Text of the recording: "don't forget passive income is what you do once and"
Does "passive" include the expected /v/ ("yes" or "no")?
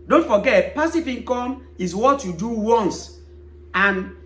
no